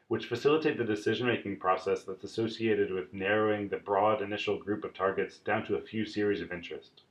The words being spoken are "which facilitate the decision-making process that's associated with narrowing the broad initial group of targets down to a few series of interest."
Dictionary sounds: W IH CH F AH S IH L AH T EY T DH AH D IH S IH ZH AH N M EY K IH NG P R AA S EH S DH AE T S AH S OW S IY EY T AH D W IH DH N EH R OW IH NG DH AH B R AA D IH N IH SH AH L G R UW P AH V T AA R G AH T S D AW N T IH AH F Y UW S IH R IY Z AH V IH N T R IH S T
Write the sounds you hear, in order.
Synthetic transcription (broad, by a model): W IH CH F AH S IH L AH T EY T DH AH D IH S IH ZH AH N M EY K IH NG P R AA S EH S DH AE T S AH S OW S IY EY T AH D W IH DH N EH R OW IH NG DH AH B R AA D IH N IH SH L G R UW P AH V T AA R G AH T S D AW N T IH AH F Y UW S IH R IY Z AH V IH N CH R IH S T